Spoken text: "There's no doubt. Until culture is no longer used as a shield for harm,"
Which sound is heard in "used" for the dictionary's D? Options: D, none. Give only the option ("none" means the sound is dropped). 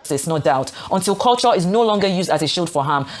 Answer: D